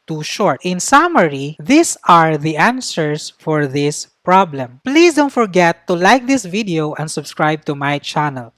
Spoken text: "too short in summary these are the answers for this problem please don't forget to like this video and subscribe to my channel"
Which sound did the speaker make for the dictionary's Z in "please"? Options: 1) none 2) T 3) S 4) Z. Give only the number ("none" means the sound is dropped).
3